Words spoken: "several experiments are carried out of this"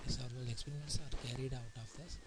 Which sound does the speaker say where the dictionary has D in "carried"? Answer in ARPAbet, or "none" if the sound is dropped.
D